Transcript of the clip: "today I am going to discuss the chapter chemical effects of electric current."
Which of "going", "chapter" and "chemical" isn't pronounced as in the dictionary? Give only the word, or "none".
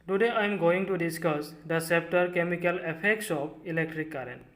chapter